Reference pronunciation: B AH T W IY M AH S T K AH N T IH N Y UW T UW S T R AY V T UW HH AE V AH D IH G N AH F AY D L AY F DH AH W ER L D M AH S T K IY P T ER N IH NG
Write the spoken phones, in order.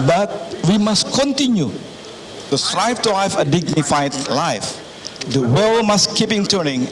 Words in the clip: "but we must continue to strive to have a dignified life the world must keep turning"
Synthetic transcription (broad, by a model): B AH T W IY M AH S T K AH N T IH N Y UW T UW S T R AY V T UW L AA F AH D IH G N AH F AY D L AY F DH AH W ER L M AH S K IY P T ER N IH NG